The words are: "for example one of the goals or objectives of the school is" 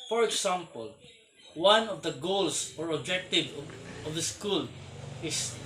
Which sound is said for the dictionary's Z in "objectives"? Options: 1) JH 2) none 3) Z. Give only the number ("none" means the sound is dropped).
2